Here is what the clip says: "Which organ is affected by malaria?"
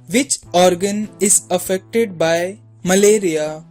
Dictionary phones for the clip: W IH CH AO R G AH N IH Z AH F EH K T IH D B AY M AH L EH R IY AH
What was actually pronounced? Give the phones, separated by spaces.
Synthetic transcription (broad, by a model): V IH CH AO R G AH N IH Z AH F EH K T IH D B AY M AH L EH R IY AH